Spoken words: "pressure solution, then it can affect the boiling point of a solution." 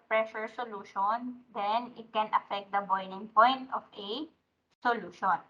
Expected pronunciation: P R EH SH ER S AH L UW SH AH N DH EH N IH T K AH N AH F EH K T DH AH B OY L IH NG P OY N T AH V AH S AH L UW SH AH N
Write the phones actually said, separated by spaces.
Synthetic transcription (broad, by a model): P R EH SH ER S AH L UW SH AH N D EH N IH T K AH N AH F EH K T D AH B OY N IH NG P OY N T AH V AH S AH L UW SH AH N